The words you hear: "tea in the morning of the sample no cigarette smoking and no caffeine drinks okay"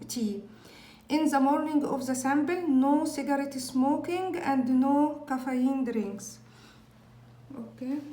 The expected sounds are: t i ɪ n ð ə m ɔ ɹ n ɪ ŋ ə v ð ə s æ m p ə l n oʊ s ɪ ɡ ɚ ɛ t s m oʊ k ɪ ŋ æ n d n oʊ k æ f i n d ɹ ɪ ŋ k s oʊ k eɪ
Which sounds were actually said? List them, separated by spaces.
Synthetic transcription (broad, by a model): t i ɪ n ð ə m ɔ ɹ n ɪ ŋ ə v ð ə s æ m b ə l n oʊ s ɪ ɡ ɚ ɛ t s m oʊ k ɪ ŋ æ n d n oʊ k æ f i n d ɹ ɪ ŋ k s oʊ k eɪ